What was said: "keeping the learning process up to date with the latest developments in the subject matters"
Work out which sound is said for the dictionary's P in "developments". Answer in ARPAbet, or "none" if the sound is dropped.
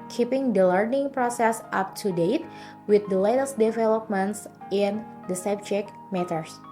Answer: P